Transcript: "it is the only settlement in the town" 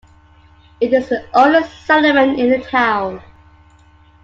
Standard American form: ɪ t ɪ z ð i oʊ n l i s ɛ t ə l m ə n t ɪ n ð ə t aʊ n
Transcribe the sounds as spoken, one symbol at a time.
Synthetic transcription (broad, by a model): ɪ t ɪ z ð i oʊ l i s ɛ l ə m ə n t ɪ n ð ə t aʊ n